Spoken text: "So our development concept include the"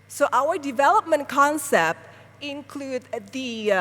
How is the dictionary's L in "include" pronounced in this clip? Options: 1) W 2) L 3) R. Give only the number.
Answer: 2